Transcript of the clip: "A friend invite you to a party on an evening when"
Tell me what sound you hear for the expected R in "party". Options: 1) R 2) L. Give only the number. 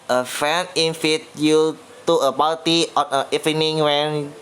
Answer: 2